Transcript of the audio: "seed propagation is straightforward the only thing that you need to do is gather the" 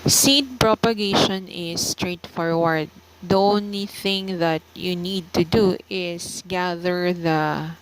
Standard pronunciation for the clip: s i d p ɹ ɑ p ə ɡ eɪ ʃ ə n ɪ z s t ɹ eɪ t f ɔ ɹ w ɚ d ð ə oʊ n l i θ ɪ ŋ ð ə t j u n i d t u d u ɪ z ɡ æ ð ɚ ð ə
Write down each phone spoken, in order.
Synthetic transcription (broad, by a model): s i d p ɹ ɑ p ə ɡ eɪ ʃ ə n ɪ s t ɹ eɪ t f ɔ ɹ w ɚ d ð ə oʊ n l i θ ɪ ŋ ð ə t j u n i d t u d u ɪ s ɡ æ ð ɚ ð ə